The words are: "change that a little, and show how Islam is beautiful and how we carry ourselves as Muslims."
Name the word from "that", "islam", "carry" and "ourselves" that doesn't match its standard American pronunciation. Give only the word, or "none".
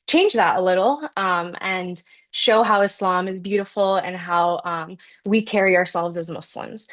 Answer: none